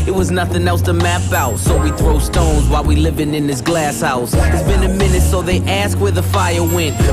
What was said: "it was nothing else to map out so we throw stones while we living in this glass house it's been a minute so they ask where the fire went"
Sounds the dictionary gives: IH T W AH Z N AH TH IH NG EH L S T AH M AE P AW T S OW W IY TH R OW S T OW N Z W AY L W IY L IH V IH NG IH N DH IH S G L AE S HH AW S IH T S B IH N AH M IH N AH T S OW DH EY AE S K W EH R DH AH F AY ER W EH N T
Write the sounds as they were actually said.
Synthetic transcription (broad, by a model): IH T W AH Z N AH TH IH NG EH L S T AH M AE P AW T S OW W IY TH R OW S T OW N Z W AY L W IY L IH V IH NG IH N DH IH S G L AE S HH AW S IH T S B IH N AH M IH N AH T S OW DH EY AE S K W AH R DH AH F AY ER W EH N T